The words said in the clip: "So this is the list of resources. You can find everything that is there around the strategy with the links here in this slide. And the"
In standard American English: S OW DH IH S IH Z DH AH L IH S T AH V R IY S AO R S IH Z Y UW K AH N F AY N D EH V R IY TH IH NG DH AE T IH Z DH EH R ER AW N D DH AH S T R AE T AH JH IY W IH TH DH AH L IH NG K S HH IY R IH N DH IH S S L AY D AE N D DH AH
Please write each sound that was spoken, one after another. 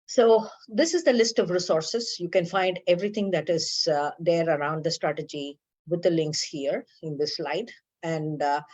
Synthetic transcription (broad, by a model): S OW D IH S IH Z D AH L IH S T AH V R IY S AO R S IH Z Y UW K AH N F AY N D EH V R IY T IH NG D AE T IH Z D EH R ER AW N D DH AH S T R AE T AH JH IY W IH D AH L IH NG K S HH IY R IH N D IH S S L AY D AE N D